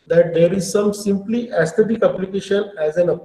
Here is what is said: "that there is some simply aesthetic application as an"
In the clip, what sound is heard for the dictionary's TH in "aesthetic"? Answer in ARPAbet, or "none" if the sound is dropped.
T